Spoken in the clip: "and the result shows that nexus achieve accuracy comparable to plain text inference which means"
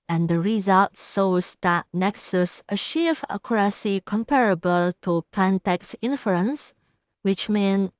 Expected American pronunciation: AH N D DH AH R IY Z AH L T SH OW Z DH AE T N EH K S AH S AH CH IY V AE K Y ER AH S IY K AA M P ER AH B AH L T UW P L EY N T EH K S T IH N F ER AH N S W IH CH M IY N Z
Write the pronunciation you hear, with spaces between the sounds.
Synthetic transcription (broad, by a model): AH N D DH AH R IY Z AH L T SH OW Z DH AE T N EH K S AH S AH SH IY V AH K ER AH S IY K AA M P ER AH B AH L T UW P EY N T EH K S IH N F ER AH N S W IH CH M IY N